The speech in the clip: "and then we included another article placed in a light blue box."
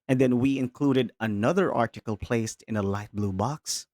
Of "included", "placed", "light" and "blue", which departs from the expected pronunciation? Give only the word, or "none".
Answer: none